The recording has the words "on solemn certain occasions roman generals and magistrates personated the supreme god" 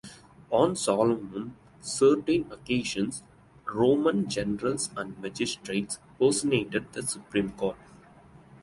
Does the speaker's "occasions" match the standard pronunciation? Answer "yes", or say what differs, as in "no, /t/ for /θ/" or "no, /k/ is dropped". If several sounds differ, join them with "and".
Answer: no, /ʃ/ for /ʒ/ and /s/ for /z/